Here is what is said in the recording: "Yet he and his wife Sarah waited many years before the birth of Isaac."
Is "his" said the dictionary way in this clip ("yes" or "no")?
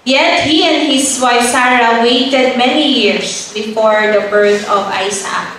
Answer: no